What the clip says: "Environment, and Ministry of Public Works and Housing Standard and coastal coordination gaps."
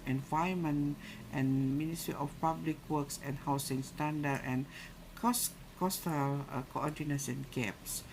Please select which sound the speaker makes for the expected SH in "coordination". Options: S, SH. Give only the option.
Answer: S